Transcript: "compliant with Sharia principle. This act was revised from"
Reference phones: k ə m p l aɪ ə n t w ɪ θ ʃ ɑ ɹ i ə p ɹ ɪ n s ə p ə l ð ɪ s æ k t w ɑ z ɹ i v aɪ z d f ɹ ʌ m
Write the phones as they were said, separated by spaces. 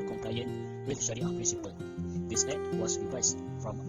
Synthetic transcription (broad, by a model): k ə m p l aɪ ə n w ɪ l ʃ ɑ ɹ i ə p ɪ s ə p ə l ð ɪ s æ t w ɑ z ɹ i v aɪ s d f ɹ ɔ m